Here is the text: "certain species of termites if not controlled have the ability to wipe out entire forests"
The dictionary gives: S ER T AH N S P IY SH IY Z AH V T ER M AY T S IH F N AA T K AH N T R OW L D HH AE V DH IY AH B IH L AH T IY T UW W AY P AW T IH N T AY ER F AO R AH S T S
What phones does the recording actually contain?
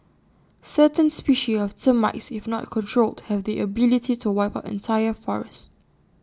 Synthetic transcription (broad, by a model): S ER T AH N S P IY SH IY AH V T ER M AY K S IH F N AA T K AH N T R OW L D HH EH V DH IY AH B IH L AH T IY T UW W AY P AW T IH N T AY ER F AO R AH S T